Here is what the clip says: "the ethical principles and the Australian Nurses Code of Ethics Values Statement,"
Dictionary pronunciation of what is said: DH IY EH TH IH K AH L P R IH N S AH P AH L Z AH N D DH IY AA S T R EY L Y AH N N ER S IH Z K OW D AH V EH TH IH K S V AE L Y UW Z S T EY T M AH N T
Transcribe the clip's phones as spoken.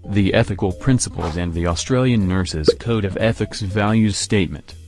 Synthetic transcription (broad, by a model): DH IY EH TH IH K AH L P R IH N S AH P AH L Z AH N DH IY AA S T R EY L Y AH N N ER S IH Z K OW D AH V EH TH IH K S V AE L Y UW Z S T EY T M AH N T